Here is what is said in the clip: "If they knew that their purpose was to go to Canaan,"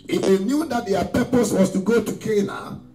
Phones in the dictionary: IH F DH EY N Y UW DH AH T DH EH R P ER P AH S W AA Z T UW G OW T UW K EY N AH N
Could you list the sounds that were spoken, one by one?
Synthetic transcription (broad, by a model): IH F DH EY N Y UW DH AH T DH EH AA P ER P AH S W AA S T UW G OW T UW K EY N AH